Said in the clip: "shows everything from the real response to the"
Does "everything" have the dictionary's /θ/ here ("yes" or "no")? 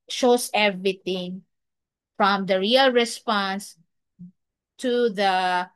no